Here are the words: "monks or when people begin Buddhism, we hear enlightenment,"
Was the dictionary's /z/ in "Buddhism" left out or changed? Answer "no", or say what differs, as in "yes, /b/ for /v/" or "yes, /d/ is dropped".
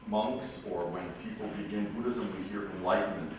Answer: no